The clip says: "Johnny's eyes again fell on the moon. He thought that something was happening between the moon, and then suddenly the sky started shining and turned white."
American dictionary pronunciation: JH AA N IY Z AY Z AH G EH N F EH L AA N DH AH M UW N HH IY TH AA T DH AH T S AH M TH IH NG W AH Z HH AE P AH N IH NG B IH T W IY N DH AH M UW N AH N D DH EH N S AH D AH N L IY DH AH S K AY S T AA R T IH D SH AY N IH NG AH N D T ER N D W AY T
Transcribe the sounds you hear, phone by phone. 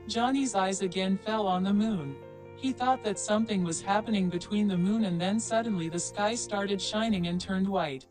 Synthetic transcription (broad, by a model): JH AA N IY Z AY Z AH G EH N F EH L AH N DH AH M UW N HH IY TH AA T DH AH T S AH M TH IH NG W AH Z HH AE P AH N IH NG B IH T W IY N DH AH M UW N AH N DH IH N S AH D N L IY DH AH S K AY S T AA R T IH D SH AY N IH NG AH N T ER N D W AY T